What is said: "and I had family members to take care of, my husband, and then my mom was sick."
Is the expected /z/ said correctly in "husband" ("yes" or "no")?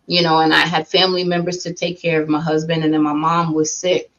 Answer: yes